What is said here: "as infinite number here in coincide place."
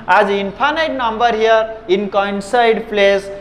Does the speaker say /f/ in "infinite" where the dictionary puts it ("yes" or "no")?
no